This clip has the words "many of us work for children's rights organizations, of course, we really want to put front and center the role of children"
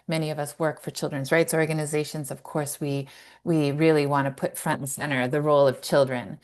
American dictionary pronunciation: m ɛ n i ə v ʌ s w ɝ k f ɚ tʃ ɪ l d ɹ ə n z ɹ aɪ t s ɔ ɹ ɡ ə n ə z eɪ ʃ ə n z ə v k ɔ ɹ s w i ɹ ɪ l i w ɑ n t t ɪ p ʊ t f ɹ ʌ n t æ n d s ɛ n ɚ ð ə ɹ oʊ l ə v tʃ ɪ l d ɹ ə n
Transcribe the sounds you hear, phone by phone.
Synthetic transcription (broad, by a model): m ɛ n i ə v ʌ s w ɝ k f ɚ tʃ ɪ l d ɹ ə n z ɹ aɪ t s ɔ ɹ ɡ ə n ə z eɪ ʃ ə n z ə v k ɔ ɹ s w i ɹ ɪ l i w ɑ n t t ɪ p ʊ t f ɹ ʌ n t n s ɛ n ɚ ð ə ɹ oʊ l ə v tʃ ɪ l d ɹ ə n